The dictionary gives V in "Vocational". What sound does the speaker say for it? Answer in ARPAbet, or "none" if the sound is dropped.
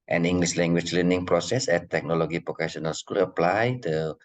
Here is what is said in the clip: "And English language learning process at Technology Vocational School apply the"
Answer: P